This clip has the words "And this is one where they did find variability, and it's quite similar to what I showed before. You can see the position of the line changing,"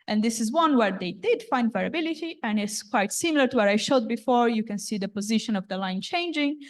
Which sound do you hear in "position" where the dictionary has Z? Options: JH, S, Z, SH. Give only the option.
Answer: Z